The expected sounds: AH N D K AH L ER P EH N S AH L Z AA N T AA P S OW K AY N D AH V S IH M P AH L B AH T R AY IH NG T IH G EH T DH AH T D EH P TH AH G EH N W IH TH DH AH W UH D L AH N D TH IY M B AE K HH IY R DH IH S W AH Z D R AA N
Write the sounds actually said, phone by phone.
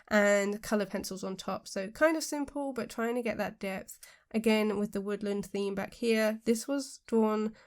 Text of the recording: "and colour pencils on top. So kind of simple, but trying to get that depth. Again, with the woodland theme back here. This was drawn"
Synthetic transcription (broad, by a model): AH N K AH L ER P EH N S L Z N T AA P S OW K AY N D AH V S IH M P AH L B AH T R AY IH NG T IH G EH T DH AH T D EH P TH AH G EH N W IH DH AH W UH D L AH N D TH IY M B AE K HH IY R DH IH S W AH Z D R AA N